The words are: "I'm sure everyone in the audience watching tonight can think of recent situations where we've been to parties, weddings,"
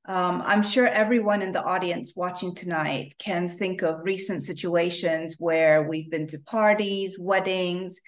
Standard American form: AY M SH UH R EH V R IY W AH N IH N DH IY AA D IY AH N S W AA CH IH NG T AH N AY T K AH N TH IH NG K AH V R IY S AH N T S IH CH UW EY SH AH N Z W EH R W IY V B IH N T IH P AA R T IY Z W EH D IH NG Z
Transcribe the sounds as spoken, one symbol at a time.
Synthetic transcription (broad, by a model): AY M SH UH R EH V R IY W AH N IH N DH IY AA D IY AH N S W AA CH IH NG T AH N AY T K AH N TH IH NG K AH V R IY S AH N T S IH CH UW EY SH AH N Z W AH R W IY V B IH N T IH P AA R T IY Z W EH D IH NG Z